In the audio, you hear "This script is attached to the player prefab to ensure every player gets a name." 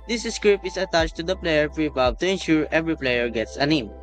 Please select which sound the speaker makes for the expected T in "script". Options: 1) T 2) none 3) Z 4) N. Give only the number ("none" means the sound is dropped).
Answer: 2